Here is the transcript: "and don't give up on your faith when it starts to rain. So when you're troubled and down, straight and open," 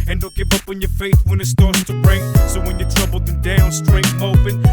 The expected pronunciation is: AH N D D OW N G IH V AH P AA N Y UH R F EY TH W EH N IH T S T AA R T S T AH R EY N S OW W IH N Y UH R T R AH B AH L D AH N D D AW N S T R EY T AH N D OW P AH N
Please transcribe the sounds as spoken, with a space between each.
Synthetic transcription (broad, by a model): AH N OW L G IH V AH P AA N Y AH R F EY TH W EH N IH T S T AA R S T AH R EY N S OW W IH N Y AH R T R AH B L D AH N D D AW N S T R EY AH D OW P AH N